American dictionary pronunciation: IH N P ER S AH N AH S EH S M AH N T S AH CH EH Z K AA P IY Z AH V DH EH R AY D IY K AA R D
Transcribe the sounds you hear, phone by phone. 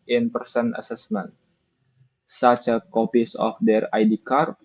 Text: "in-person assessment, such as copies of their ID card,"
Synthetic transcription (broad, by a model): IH N P ER S AH N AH S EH S M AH N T S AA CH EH K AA P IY S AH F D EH R AY D IY K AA R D